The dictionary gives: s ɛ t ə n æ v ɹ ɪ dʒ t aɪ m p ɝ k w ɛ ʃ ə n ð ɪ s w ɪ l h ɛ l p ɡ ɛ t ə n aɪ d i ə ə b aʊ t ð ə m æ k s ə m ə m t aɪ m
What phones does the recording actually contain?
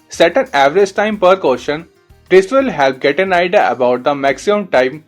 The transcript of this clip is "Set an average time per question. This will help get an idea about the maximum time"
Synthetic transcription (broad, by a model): s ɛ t ə n æ v ɹ ɪ dʒ t aɪ m p ɝ k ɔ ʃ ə n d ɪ s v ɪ l h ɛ l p ɡ ɛ t ə n aɪ d i ə ə b aʊ t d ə m æ k s ə m ə m t aɪ m